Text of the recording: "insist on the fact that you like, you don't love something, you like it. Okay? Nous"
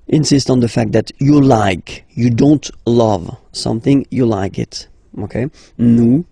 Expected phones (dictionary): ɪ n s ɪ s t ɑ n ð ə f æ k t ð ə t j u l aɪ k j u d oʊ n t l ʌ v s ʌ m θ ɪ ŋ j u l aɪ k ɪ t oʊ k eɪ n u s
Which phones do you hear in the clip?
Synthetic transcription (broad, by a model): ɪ n s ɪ s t n ð ə f æ k t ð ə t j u l aɪ k j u d oʊ n t l ʌ v s ʌ m θ ɪ ŋ j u l aɪ k ɪ t oʊ k eɪ n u